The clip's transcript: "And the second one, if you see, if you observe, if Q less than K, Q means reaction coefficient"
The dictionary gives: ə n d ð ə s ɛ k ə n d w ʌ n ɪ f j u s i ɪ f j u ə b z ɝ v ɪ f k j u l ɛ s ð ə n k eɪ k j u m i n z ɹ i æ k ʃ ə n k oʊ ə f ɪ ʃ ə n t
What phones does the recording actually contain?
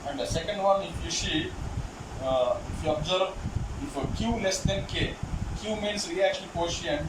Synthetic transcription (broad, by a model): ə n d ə s ɛ k ə n d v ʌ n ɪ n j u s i ɪ f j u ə b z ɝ b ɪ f k j u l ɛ s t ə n k eɪ k j u m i n s ɹ i æ k ʃ ə n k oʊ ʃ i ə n